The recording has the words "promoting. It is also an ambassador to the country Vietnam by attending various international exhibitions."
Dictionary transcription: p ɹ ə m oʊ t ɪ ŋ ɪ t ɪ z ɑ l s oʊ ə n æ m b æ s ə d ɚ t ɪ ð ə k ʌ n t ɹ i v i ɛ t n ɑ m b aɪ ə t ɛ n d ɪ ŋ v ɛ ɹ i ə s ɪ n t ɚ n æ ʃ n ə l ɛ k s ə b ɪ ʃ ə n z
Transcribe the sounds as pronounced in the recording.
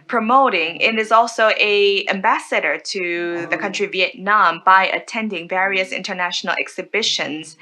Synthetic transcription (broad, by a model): p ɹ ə m oʊ t ɪ ŋ ɪ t ɪ z ɑ l s oʊ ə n æ m b æ s ə d ɚ t ɪ ð ə k ʌ n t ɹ i v i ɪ t n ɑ m b aɪ ə t ɛ n d ɪ ŋ v ɛ ɹ i ə s ɪ n t ɚ n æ ʃ n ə l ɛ k s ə b ɪ ʃ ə n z